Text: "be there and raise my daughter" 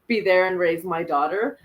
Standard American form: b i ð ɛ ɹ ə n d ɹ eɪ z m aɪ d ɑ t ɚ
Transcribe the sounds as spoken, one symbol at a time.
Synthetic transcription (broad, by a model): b i ð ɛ ɹ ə n ɹ eɪ z m aɪ d ɑ t ɚ